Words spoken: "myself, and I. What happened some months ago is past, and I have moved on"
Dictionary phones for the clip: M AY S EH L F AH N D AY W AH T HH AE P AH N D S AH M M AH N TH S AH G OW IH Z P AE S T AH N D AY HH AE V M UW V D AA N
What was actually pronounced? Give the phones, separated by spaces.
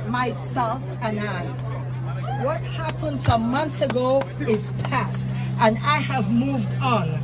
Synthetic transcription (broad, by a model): M AY S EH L F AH N AY W AH T HH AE P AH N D S AH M M AH N TH S AH G OW IH Z P AE S T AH N AY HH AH V M UW V D N